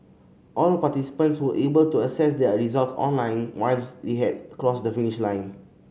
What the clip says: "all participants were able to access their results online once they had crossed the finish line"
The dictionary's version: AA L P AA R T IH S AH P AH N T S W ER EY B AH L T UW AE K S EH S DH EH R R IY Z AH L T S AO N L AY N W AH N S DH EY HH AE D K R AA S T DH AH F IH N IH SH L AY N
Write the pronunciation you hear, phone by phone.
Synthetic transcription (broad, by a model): AA L P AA T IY S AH P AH N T S W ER EY B AH L T UW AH S EH S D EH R R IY Z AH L T S AO N L AY N W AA L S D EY HH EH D K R AA S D AH F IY N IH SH L AY N